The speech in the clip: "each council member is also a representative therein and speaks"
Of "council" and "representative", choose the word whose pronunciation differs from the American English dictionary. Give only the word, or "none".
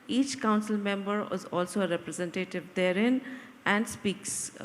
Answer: none